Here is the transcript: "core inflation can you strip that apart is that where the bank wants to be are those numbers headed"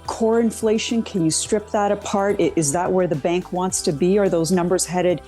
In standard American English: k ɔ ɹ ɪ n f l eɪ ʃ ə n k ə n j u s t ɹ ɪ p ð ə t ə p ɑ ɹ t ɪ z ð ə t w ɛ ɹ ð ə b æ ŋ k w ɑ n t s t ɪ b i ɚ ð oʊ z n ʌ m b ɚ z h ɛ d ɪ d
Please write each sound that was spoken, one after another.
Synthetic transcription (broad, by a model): k ɔ ɹ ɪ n f l eɪ ʃ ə n k ə n j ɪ s t ɹ ɪ p ð ə t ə p ɑ ɹ t ɪ z ð ə t w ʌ ɹ ð ə b æ ŋ k w ɑ n t s t ɪ b i ɚ ð oʊ z n ʌ m b ɚ z h ɛ d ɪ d